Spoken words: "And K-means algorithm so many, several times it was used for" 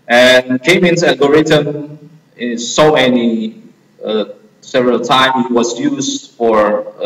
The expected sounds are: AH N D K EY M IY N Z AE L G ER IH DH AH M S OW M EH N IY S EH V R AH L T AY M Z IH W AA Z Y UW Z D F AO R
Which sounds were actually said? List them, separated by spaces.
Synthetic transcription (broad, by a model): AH N K EY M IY N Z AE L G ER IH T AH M S OW M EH N IY S EH V R AH L T AY M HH IH W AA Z Y UW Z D F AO R